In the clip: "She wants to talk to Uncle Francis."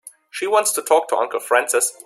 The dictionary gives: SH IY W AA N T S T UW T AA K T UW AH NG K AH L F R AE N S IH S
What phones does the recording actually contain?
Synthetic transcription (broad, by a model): SH IY W AA N T S T UW T AA K T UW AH NG K L F R AE N S IH S